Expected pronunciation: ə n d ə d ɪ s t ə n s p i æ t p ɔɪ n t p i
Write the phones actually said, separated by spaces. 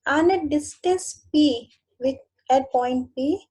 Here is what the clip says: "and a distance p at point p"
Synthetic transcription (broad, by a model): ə n ə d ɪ s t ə s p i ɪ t p ɔɪ n t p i